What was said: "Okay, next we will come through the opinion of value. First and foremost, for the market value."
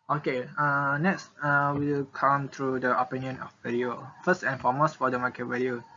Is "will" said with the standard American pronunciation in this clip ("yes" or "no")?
no